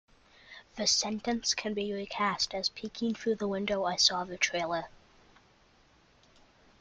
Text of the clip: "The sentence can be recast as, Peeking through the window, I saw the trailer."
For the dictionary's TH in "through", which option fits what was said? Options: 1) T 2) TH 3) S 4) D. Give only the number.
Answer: 2